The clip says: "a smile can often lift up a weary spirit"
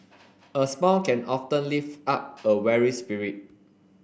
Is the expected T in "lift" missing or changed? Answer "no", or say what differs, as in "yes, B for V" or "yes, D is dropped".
yes, T is dropped